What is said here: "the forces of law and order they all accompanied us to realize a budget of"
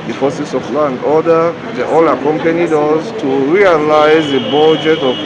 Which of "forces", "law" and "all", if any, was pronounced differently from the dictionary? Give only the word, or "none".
forces